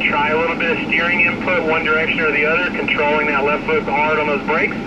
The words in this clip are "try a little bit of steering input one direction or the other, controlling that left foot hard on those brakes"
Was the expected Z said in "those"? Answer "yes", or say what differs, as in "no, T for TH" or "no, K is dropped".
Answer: yes